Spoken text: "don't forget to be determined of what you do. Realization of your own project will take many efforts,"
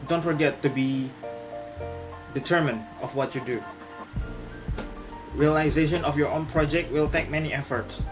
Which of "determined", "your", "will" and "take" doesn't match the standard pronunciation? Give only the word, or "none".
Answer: none